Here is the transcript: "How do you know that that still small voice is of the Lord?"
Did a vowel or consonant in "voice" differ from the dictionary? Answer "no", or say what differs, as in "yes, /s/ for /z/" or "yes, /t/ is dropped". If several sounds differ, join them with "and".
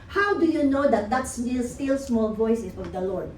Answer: no